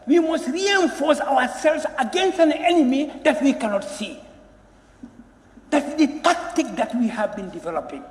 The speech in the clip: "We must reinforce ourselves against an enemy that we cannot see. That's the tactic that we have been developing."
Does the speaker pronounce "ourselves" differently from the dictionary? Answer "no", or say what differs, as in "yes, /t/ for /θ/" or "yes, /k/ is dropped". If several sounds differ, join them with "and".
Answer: yes, /w/ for /ɹ/